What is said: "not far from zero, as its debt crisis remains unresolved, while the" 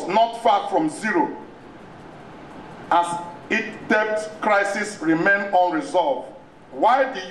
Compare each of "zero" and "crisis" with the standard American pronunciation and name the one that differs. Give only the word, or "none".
none